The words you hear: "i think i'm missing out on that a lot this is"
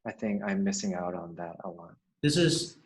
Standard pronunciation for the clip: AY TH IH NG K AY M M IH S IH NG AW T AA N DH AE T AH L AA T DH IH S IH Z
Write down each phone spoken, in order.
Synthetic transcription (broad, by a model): AY TH IH NG K AY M M IH S IH NG AW T N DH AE T AH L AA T DH IH S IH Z